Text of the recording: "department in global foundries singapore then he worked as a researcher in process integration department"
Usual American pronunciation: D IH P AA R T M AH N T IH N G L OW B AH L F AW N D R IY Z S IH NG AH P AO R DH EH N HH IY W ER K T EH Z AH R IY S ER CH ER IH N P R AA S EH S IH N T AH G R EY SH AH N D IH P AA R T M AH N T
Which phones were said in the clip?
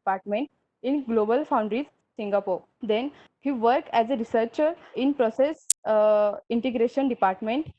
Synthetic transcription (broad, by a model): P AA R T M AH N T IH N G L OW B AH L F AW N D R IY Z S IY NG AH P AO R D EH N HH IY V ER K EH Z AH R IY S ER CH ER IH N P R AA S EH S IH N T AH G R EY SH AH N D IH P AA R T M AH N T